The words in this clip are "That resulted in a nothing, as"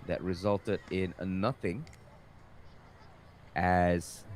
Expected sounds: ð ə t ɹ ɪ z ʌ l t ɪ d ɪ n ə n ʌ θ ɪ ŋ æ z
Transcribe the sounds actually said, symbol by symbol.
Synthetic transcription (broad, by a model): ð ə t ɹ ɪ z ʌ l t ɪ d ɪ n ə n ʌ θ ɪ ŋ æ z